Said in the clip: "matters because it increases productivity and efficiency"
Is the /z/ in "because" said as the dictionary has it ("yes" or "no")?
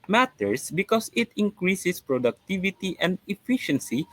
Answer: no